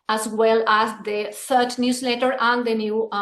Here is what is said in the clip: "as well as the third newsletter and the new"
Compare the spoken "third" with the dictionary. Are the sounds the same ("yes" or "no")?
no